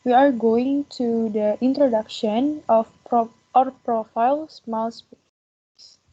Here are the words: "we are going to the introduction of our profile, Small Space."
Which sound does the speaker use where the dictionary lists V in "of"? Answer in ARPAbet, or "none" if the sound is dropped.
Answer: P